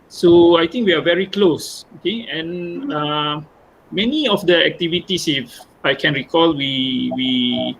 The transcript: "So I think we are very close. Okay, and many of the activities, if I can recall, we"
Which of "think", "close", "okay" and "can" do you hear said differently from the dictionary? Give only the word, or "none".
think